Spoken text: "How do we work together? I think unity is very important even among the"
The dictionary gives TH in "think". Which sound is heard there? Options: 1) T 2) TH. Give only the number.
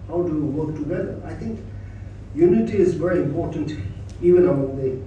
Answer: 1